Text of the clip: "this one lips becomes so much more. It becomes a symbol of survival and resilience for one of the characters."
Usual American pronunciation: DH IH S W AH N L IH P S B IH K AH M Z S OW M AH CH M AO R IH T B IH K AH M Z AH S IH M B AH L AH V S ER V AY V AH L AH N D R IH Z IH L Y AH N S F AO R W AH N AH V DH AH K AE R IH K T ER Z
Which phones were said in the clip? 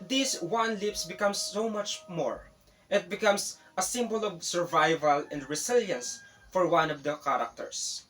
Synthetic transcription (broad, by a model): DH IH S W AH N L IH P S B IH K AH M S OW M AH CH M AO R IH T B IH K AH M S AH S IH M B AH L AH V S ER V AY V AH L AH N D R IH S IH L Y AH N S F AO R W AH N AH V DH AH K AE R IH K T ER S